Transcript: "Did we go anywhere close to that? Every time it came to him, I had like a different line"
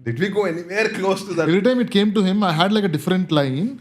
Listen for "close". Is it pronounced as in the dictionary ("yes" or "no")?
no